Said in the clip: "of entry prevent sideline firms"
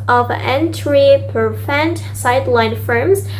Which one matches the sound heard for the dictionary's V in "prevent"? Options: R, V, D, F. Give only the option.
F